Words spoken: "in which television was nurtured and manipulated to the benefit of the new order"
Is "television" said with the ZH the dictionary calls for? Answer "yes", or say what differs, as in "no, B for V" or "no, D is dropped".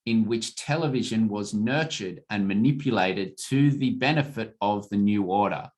yes